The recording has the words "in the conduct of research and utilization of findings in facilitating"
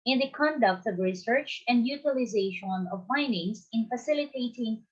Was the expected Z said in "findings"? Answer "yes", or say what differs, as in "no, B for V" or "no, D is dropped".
no, S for Z